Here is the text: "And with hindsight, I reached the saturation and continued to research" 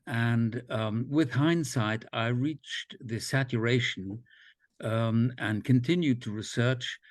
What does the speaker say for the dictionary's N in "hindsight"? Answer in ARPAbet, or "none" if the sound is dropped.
N